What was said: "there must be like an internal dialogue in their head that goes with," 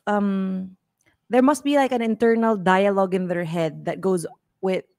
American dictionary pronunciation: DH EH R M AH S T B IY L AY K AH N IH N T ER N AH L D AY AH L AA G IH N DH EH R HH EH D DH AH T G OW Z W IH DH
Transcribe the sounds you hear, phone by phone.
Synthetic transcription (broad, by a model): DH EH R M AH S T B IY L AY K AH N IH N T ER N AH L D AY AH L AA G IH N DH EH R HH EH D DH AH T G OW Z W IH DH